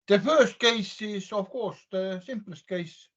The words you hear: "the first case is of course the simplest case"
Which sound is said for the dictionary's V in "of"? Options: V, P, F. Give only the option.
F